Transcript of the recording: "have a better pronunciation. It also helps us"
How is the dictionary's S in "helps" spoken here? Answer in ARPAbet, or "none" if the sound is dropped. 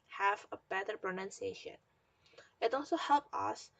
none